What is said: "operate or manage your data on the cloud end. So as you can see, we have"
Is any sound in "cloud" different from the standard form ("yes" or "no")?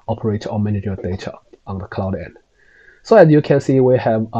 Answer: no